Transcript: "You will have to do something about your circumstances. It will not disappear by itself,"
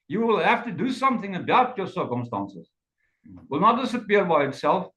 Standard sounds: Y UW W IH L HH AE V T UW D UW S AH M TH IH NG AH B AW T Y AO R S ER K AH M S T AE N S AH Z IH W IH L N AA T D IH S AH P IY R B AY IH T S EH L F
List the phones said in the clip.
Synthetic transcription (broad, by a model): Y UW W IH L HH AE F T UW D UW S AH M TH IH NG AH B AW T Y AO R S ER K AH M S T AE N S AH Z W IH L N AA T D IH S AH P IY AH B AY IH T S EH L F